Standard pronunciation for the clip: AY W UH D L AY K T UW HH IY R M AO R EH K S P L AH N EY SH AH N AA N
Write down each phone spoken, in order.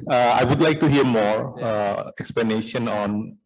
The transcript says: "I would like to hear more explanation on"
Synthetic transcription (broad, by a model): AY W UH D L AY K T UW HH IY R M AO R EH K S P L AH N EY SH AH N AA N